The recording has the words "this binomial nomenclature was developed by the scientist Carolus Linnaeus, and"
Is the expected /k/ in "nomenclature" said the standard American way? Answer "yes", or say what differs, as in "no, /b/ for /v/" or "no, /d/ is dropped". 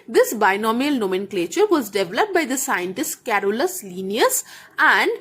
yes